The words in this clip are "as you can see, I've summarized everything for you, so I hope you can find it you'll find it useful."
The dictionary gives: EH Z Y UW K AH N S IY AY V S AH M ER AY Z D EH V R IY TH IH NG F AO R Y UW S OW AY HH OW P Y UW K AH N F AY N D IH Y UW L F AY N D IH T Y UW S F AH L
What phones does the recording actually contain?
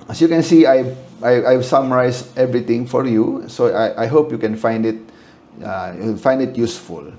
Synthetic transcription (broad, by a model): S Y UW K AH N S IY AY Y S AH M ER AY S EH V R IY T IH NG F AO R Y UW S OW AY HH OW P Y UW K AH N F AY N D IH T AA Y F AY N D IH T Y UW S F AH L